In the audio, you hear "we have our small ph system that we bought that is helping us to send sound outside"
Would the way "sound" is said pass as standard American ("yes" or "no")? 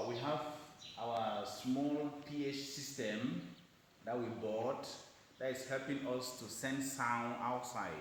no